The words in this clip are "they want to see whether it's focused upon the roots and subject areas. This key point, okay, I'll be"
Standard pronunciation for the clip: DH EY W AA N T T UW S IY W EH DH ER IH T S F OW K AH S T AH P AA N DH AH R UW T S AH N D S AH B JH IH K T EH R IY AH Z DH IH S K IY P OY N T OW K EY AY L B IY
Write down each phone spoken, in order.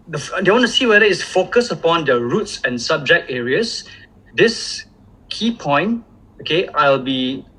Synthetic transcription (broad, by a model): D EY W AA N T T UW S IY W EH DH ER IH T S F OW K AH S AH P AA N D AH R UW T S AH N S AH B JH IH K T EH R IY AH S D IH S K IY P OY N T OW K EY AY L B IY